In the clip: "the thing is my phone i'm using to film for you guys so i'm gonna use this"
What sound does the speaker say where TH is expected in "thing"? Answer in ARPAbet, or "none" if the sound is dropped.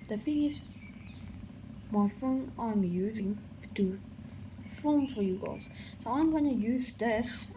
F